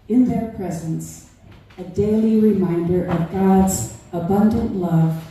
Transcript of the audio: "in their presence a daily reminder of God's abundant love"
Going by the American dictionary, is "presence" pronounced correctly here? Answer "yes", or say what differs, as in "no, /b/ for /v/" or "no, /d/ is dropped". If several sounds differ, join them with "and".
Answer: yes